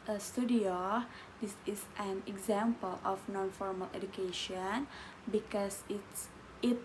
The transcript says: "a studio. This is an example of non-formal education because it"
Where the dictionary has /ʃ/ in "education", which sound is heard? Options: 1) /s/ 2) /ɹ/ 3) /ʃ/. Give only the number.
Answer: 3